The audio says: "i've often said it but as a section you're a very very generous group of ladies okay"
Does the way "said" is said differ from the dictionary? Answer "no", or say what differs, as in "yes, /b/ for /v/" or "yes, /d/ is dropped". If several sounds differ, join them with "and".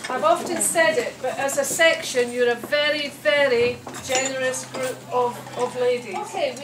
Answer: no